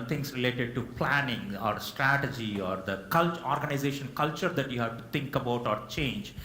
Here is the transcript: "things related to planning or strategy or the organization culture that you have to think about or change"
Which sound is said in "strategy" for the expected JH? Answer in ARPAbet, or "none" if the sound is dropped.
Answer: JH